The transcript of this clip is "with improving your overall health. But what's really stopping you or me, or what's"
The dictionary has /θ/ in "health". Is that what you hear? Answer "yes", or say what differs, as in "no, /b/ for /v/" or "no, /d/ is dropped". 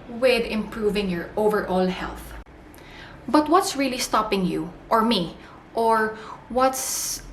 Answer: yes